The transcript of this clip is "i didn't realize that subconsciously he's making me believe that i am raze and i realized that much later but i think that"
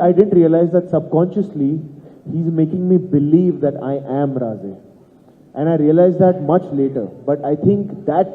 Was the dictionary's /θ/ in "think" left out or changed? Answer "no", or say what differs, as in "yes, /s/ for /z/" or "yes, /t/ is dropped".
yes, /t/ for /θ/